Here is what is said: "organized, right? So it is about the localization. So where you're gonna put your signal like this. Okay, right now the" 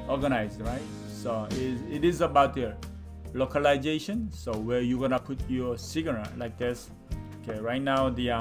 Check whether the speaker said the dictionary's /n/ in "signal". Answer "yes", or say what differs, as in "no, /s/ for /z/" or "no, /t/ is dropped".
no, /n/ is dropped